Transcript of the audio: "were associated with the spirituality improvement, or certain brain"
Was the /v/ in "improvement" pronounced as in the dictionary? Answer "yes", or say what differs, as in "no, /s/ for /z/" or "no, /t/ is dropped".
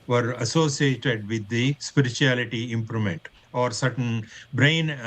no, /v/ is dropped